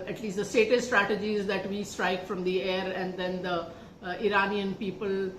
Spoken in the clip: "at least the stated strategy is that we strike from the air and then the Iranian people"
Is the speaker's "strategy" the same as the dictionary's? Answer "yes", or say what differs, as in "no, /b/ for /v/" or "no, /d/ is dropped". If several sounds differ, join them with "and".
yes